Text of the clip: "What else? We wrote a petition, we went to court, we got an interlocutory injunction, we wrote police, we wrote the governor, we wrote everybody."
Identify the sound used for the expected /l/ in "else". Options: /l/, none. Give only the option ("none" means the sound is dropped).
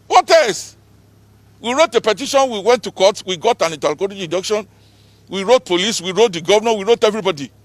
none